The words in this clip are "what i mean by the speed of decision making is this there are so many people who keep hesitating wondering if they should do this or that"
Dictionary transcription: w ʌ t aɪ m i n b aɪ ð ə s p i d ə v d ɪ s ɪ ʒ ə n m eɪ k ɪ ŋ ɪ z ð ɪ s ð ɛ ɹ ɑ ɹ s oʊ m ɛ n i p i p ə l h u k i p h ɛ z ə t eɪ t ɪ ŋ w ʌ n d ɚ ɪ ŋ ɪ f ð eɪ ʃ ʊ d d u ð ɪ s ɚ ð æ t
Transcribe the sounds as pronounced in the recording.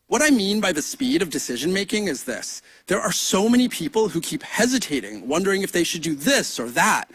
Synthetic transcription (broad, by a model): w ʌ t aɪ m i n b aɪ ð ə s p i d ə v d ɪ s ɪ ʒ ə n m eɪ k ɪ ŋ ɪ z ð ɪ s ð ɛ ɹ ɑ ɹ s oʊ m ɛ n i p i p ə l h u k i p h ɛ z ə t eɪ t ɪ ŋ w ʌ n d ɚ ɪ ŋ ɪ f ð eɪ ʃ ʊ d d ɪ ð ɪ s ɚ ð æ t